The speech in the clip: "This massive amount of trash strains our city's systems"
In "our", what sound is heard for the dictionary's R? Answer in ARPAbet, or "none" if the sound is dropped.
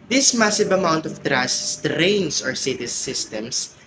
R